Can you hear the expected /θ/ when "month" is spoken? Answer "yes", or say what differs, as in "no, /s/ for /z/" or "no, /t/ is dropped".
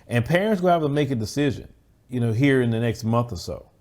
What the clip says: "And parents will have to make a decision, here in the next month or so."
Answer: yes